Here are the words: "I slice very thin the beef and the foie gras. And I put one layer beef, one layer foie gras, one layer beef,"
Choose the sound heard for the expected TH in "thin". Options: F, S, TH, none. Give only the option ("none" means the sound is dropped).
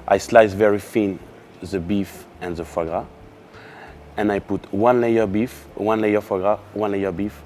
F